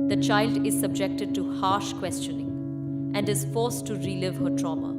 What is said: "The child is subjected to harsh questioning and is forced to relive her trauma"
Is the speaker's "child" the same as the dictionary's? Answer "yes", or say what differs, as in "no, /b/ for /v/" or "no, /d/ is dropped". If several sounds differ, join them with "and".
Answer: yes